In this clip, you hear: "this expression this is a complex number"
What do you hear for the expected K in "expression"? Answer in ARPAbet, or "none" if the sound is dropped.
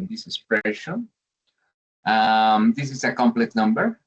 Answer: none